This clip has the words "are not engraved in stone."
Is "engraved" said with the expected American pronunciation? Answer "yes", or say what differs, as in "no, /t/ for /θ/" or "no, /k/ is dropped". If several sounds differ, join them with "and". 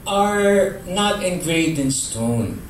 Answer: no, /v/ is dropped